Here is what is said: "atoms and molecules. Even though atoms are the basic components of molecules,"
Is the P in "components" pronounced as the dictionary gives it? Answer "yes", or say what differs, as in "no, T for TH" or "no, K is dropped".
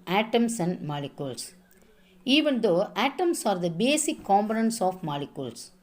no, B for P